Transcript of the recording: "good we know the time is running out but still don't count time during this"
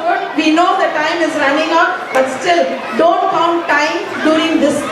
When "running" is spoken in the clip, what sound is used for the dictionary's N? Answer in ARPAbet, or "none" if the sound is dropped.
N